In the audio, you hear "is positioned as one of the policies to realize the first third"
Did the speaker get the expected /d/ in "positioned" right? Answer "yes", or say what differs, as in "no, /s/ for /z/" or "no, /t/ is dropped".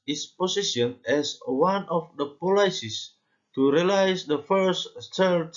no, /d/ is dropped